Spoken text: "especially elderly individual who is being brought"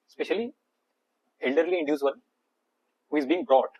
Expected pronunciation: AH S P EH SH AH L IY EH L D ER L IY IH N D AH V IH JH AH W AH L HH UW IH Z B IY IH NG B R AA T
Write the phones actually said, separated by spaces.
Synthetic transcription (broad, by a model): S P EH SH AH L IY EH L D ER L IY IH N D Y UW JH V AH N HH UW IH Z B IY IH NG B R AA T